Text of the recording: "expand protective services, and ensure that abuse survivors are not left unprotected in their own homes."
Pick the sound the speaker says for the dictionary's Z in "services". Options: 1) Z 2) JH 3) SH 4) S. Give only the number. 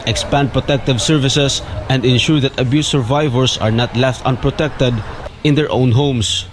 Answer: 4